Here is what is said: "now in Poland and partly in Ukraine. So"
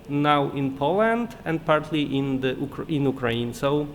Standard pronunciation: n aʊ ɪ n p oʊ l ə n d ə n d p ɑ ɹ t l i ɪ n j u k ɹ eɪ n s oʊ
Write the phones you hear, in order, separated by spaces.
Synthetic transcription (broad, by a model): n aʊ ɪ n p oʊ l ə n d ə n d p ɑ ɹ t l i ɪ n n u k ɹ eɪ n s oʊ